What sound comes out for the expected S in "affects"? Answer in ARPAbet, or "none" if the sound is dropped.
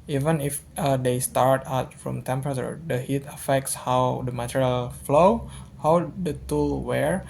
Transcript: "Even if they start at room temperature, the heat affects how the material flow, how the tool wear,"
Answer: S